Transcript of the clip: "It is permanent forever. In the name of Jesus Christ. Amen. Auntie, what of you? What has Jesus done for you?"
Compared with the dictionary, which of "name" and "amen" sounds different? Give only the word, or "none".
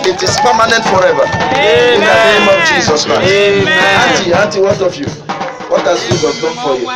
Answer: amen